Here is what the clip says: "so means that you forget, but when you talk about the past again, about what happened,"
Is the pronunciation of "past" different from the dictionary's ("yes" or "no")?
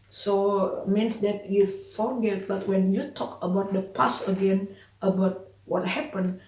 yes